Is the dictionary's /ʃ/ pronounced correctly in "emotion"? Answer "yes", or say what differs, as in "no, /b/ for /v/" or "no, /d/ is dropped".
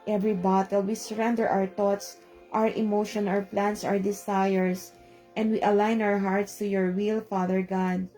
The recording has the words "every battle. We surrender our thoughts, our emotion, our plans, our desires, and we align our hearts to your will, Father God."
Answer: yes